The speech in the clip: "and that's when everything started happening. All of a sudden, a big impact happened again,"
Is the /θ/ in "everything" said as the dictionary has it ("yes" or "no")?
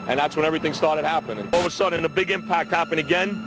yes